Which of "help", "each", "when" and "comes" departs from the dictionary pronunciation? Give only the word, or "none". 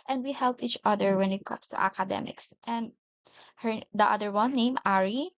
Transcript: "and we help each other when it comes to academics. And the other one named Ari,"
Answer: comes